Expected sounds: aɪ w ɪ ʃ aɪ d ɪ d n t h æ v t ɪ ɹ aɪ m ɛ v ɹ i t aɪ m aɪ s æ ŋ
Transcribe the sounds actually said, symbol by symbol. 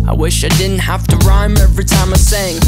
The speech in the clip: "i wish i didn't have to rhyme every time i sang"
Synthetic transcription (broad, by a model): aɪ w ɪ ʃ aɪ d ɪ d n t h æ f t ɪ ɹ aɪ m ɛ v ɹ i t aɪ m aɪ s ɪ ŋ